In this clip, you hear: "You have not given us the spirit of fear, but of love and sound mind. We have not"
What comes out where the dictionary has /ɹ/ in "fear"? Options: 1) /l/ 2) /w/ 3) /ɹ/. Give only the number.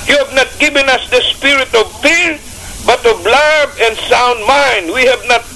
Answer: 3